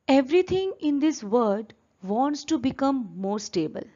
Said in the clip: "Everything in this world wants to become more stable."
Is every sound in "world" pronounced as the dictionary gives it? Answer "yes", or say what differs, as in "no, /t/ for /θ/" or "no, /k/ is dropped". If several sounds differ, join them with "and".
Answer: no, /l/ is dropped